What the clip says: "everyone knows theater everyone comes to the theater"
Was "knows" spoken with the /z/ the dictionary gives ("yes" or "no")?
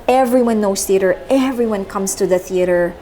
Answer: no